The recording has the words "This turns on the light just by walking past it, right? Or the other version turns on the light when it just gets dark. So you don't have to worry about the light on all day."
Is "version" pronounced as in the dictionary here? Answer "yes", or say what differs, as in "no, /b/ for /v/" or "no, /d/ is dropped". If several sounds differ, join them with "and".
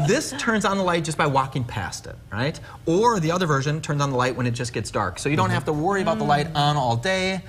yes